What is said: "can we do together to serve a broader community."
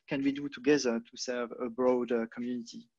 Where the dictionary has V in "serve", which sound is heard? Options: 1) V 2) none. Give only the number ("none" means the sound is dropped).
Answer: 1